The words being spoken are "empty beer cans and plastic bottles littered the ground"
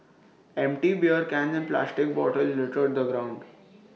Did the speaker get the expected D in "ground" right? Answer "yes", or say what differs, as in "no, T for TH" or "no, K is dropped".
yes